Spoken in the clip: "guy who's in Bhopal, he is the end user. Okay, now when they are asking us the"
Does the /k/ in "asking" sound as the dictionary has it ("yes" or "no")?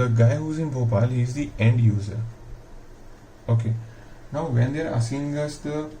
no